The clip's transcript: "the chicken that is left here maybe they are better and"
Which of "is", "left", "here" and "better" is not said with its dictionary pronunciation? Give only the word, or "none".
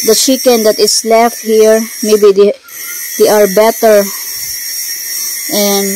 is